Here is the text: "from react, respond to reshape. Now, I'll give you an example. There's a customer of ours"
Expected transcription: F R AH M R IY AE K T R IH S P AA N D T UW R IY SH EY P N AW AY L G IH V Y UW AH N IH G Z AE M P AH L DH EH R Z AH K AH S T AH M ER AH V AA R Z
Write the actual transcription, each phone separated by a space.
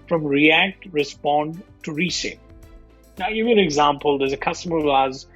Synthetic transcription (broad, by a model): F R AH M R IY AE K T R IH S P AA N D T UW R IY S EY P N AW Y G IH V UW AH N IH G Z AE M P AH L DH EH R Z AH K AH S T AH M ER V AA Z